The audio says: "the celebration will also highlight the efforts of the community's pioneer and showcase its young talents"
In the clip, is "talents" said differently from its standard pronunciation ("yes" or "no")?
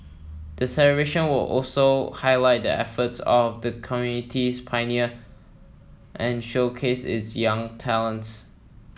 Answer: no